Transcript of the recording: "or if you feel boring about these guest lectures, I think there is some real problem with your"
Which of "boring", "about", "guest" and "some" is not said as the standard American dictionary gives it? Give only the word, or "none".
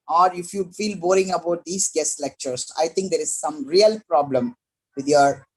none